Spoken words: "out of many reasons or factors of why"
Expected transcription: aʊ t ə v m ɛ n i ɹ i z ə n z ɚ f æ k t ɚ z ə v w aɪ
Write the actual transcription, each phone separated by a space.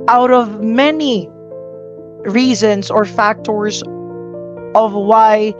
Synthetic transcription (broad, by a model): aʊ t ə v m ɛ n i ɹ i z ə n z ɚ f æ k t ɚ z ə v w aɪ